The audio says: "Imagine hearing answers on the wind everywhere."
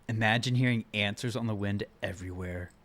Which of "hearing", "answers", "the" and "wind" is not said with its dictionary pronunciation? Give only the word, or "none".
none